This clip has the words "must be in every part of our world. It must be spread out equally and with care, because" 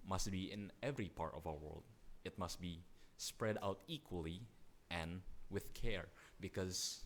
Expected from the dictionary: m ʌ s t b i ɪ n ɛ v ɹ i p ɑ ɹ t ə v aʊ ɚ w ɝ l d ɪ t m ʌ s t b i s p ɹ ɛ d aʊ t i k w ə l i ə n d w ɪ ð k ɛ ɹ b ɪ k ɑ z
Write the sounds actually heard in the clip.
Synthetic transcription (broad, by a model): m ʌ s t b i ɪ n ɛ v ɹ i p ɑ ɹ t ə v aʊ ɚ w ɝ l d ɪ t m ʌ s t b i s p ɹ ɛ d aʊ t i k w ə l i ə n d w ɪ ð k ɛ ɹ b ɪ k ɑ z